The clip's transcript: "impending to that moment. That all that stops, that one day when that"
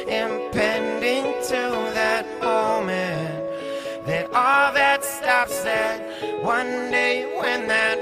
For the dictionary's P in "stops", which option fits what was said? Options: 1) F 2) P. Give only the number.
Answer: 1